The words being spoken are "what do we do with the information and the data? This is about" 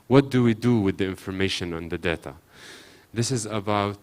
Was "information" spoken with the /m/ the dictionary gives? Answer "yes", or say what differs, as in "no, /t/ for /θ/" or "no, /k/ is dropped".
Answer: yes